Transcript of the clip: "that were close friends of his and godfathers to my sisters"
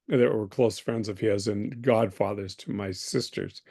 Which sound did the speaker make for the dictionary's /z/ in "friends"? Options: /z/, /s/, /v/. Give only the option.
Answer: /z/